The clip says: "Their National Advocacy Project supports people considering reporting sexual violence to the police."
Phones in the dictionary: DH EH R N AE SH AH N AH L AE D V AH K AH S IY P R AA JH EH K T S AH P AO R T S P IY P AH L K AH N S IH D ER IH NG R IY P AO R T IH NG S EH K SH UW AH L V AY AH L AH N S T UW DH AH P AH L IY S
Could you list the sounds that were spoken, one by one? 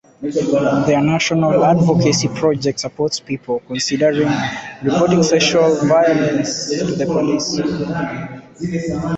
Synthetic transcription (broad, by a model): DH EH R N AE SH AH N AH L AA D V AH K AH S IY P R AA JH EH K T S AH P AO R T S P IY P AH L K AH N S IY D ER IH NG R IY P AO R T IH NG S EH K SH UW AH L V AY AH L AH N S T UW DH AH P AH L IY S